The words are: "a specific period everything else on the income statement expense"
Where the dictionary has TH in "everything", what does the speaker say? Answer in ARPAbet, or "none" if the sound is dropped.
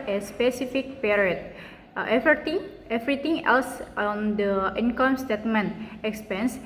T